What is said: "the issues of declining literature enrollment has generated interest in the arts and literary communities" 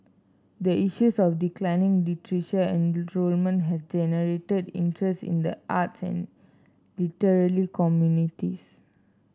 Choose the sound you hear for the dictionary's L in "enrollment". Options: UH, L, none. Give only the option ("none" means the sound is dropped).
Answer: L